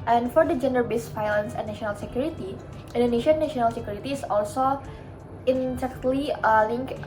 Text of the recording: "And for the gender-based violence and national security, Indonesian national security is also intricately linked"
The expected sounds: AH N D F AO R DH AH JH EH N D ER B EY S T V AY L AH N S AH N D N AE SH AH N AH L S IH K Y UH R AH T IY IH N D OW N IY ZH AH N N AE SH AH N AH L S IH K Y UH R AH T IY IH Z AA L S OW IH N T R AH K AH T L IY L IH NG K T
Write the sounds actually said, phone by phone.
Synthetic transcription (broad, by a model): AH N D F AO R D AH JH EH N D ER B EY S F AY L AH N S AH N N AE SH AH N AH L S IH K Y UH R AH T IY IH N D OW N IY SH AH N N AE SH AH N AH L S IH K Y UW R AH T IY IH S AA L S OW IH N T AH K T L IY L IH NG K